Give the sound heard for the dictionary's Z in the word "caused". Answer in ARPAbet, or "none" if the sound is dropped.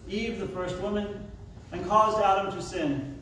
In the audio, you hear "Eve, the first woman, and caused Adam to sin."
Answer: Z